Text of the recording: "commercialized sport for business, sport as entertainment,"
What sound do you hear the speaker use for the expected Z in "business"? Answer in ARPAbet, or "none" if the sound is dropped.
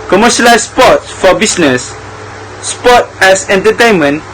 S